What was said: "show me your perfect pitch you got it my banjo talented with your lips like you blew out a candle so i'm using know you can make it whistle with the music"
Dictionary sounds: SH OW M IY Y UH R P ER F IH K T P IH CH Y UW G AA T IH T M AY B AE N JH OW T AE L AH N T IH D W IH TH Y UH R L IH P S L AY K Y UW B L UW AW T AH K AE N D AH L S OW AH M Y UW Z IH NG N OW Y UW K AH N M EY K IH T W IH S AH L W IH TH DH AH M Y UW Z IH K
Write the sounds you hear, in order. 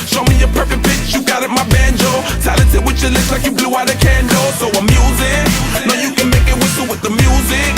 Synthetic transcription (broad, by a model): SH OW M IY Y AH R P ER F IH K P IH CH Y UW G AA T IH T M AY B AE N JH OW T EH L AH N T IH W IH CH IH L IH S L AY K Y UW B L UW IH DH AH K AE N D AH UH S OW AH M Y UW Z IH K N OW Y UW K AH N M EY K IH T W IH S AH W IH DH AH M Y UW Z IH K